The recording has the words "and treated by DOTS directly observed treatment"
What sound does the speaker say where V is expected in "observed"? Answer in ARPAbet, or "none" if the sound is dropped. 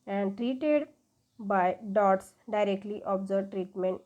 none